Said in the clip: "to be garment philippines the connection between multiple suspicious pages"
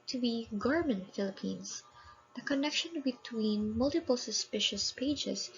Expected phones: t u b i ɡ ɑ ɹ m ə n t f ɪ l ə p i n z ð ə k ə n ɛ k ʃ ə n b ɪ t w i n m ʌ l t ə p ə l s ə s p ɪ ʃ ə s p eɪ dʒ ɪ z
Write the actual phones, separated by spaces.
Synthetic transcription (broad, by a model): t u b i ɡ ɑ ɹ m ə n t f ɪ l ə p i n s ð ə k ə n ɛ k ʃ ə n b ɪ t w i n m ʌ l t ə p ə l s ə s p ɪ ʃ ə s p eɪ dʒ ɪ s